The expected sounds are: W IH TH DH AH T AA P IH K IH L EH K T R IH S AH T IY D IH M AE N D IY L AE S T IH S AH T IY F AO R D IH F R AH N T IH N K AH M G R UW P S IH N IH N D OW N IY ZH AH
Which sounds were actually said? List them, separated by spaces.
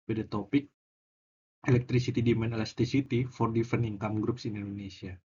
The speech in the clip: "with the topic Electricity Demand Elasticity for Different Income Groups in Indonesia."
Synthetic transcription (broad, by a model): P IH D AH T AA P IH K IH L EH K T R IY S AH T IY D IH M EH N EH L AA S T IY S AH T IY F AO R D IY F AH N IH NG K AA M G R UW P S IH N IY N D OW N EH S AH